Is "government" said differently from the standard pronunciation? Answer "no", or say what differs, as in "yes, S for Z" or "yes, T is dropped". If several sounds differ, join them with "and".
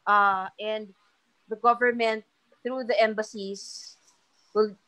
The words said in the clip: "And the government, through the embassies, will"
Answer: no